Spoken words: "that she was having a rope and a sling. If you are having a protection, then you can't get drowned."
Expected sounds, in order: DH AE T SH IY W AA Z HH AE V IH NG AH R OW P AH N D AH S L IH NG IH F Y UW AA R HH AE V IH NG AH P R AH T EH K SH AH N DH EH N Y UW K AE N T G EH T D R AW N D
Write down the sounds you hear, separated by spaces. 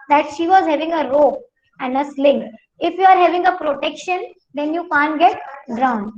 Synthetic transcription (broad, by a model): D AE T SH IY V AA Z HH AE V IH NG AH R OW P AH N D AH S L IH NG IH F Y UW AA R HH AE V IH NG AH P R AH T EH K SH AH N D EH N Y UW K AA N T G EH T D R AW N D